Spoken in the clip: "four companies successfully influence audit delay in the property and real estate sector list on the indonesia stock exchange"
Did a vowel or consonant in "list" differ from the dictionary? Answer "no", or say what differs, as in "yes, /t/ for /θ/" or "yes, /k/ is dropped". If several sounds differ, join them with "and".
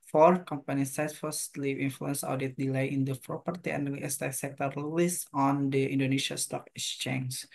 yes, /t/ is dropped